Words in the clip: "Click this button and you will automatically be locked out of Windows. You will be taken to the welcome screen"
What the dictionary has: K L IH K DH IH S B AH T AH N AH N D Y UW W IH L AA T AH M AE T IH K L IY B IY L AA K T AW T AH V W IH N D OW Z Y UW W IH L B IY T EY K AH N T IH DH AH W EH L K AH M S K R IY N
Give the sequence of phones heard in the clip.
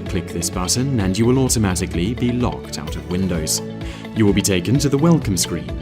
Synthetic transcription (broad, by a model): K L IH K DH IH S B AH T N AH N Y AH W IH L AA T AH M AE T IH K L IY B IY L AA K T AW T AH V W IH N D OW Z Y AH W IH L B IY T EY K AH N T IH DH AH W EH L K AH M S K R IY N